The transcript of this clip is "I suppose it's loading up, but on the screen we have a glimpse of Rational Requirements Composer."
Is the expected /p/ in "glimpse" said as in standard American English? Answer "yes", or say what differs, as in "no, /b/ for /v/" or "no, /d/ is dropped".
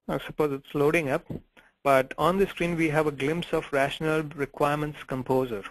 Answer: yes